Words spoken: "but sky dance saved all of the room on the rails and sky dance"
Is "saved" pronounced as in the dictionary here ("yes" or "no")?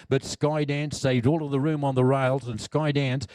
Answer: yes